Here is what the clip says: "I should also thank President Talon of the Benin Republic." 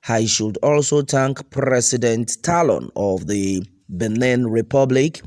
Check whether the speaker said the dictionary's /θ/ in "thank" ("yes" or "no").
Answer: no